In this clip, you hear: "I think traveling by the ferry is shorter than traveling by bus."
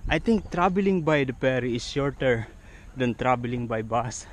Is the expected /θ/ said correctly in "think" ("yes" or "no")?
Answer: no